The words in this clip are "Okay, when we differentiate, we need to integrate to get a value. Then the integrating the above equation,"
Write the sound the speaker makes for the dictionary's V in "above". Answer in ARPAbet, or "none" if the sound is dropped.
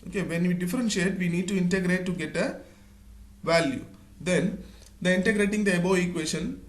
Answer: none